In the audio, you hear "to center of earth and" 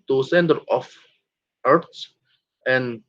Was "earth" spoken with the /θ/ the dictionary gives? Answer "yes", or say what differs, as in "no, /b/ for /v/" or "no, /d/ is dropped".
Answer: no, /s/ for /θ/